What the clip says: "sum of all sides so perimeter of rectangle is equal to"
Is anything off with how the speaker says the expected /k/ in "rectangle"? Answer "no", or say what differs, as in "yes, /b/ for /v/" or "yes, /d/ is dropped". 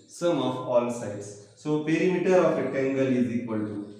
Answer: yes, /k/ is dropped